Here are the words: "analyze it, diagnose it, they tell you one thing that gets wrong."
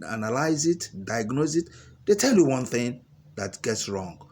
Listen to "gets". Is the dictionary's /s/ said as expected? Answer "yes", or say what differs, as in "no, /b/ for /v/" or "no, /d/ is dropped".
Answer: yes